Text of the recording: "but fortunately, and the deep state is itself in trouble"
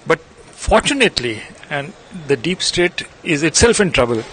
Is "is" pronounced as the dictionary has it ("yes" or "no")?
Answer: yes